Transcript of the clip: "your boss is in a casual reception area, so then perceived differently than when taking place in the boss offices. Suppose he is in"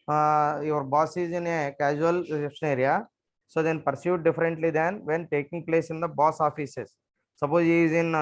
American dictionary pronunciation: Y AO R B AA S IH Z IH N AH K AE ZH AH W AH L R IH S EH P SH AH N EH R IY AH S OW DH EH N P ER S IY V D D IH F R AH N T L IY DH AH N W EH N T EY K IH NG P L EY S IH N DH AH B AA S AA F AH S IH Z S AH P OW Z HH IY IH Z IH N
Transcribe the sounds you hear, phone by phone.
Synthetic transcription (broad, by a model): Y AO R B AA S IH Z IH N AH K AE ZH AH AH L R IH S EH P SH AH N EH R IY AH S OW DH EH N P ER S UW D D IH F R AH N T L IY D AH N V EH N T EY K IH NG P L EY S IH N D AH B AA S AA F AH S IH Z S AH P OW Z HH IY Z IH N